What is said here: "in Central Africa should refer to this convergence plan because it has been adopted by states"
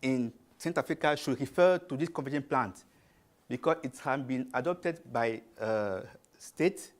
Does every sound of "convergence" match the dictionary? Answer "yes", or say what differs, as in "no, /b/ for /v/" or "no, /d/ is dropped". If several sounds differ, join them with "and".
no, /n/ is dropped and /s/ is dropped